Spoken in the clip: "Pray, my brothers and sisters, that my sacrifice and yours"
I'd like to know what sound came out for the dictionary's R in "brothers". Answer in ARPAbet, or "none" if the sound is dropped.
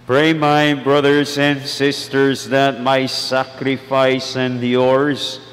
R